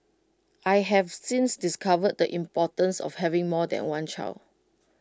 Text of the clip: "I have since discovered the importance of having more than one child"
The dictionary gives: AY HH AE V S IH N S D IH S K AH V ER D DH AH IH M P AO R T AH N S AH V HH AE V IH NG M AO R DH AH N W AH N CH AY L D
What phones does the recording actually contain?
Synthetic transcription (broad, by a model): AY HH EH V S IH N S D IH S K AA V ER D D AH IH M P AO T AH N S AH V HH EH V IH NG M AO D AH N W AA N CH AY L